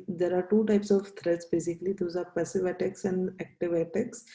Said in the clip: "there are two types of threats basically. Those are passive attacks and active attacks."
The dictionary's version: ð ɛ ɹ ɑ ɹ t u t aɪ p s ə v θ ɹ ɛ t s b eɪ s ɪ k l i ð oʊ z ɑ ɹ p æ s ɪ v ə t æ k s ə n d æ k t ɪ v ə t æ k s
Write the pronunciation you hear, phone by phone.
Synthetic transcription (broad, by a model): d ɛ ɹ ɑ ɹ t u t aɪ p s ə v t ɹ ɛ t s b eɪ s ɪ k l i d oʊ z ɑ ɹ p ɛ s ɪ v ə t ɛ k s ə n d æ k t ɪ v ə t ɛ k s